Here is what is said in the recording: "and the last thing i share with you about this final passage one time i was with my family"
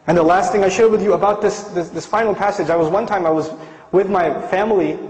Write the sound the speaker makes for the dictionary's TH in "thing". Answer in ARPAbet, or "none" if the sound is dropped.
TH